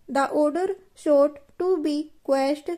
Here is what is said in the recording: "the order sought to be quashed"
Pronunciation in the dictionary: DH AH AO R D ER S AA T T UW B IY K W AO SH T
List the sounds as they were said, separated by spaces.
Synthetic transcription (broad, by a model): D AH AO R D ER SH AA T T UW B IY K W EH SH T